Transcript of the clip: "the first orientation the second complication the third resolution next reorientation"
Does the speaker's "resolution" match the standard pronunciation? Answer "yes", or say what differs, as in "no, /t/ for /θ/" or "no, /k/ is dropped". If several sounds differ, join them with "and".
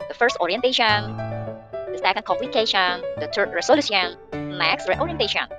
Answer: no, /s/ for /ʃ/